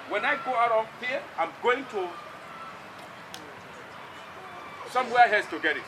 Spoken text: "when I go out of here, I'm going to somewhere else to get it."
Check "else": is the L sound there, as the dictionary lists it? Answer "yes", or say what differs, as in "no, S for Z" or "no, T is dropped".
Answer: no, L is dropped